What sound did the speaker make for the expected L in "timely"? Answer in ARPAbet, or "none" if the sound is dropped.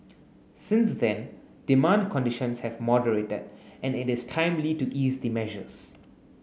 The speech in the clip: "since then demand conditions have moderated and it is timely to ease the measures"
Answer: L